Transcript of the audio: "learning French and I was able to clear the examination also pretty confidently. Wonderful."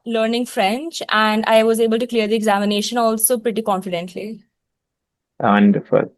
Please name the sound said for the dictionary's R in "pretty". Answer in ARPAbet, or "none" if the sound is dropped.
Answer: R